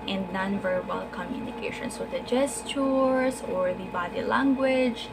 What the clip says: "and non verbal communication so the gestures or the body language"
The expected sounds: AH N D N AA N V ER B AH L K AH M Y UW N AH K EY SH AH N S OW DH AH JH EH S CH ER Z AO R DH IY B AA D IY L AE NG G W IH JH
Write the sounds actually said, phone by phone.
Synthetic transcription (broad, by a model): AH N D N AA N V ER B AH L K AH M Y UW N AH K EY SH AH N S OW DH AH JH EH S CH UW S AO R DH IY B AA D IY L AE NG G W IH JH